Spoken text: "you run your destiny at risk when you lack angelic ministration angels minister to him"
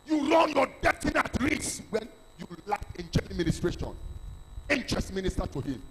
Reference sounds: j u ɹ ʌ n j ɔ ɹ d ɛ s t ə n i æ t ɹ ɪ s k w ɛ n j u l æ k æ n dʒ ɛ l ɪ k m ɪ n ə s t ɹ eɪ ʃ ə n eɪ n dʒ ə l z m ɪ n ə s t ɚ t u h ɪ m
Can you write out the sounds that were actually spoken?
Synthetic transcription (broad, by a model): j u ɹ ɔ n j ɔ d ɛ t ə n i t ɹ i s w ɛ n j u l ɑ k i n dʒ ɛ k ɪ m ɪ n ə s t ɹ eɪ ʃ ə n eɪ n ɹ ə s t m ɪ n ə s t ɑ t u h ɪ m